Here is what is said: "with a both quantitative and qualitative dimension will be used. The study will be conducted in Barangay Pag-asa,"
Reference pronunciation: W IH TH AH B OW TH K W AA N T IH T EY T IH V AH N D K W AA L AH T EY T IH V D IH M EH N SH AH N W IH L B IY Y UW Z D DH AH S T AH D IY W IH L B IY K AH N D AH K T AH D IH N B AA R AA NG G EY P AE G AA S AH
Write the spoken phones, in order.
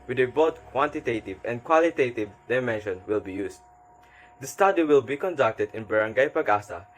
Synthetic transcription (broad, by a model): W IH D AH B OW T K W AA N T IH T EY T IH V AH N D K W AA L AH T EY T IH V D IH M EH N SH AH N W IH L B IY Y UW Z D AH S T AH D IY W IH L B IY K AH N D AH K T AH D IH N B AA R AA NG G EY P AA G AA S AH